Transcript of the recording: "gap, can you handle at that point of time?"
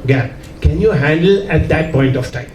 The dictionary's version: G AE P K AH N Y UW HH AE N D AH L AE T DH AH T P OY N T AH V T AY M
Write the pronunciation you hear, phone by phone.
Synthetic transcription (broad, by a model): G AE K AH N Y UW HH AE N D AH L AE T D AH T P OY N T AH F T AY M